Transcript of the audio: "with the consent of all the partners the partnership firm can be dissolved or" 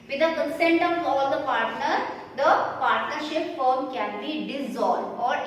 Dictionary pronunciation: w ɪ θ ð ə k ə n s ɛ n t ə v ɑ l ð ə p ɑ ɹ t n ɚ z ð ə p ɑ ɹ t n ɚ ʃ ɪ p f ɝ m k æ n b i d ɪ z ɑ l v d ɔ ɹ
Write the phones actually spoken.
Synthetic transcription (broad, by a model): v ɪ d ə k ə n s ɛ n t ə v ɑ l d ə p ɑ ɹ t n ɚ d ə p ɑ ɹ t n ɚ ʃ ɪ p f ɝ m k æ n b i d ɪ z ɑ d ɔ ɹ